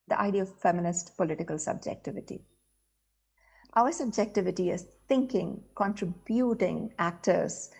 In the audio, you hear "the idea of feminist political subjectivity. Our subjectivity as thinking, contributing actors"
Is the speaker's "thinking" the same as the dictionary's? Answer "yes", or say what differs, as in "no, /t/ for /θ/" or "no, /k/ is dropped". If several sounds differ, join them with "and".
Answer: no, /t/ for /θ/